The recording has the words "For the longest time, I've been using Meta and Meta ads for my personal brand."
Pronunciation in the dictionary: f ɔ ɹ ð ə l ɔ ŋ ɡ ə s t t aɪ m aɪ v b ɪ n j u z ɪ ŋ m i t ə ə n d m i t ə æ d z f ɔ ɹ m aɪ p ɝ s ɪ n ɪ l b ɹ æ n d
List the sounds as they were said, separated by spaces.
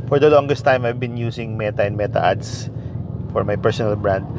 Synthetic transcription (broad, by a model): f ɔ ɹ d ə l ɔ ŋ ɡ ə s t t aɪ m aɪ v b ɪ n j u s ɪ ŋ m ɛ t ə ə n m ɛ t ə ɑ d s f ɔ ɹ m aɪ p ɝ s ɪ n ɪ l b ɹ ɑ n d